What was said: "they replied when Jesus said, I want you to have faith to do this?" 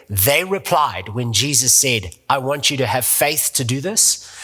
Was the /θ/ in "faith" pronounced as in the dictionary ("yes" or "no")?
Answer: yes